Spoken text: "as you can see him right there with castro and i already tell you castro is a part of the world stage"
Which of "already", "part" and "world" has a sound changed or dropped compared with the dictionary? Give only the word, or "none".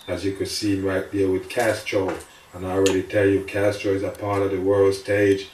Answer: none